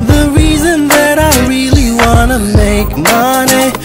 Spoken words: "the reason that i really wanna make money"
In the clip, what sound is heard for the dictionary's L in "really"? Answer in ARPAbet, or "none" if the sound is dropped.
L